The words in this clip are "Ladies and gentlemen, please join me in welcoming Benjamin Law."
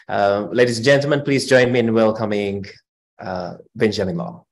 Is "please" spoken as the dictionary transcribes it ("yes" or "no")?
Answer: yes